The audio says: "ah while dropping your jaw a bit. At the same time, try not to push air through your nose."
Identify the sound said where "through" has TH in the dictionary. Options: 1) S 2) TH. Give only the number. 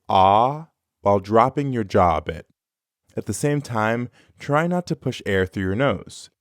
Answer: 2